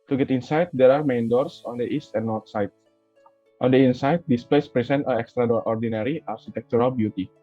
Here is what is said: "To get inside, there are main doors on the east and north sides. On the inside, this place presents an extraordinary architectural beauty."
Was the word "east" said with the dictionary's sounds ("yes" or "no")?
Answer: yes